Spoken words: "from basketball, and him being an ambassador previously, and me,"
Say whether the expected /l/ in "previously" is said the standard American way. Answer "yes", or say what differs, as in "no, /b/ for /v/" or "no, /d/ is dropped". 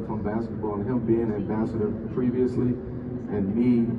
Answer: yes